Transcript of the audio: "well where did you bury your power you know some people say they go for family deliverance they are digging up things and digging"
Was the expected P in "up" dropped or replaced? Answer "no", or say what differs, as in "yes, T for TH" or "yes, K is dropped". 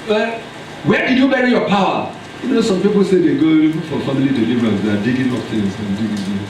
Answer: yes, F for P